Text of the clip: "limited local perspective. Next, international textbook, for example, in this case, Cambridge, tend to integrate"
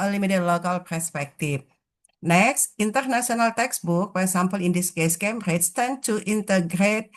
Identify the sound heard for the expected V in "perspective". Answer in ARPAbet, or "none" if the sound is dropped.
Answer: F